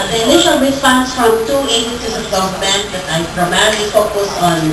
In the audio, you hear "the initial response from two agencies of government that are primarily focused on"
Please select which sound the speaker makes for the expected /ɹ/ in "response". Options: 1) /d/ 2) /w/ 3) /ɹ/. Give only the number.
2